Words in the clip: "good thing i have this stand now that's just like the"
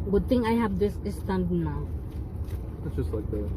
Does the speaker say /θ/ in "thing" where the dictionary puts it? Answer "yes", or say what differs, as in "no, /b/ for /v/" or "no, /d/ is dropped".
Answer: no, /t/ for /θ/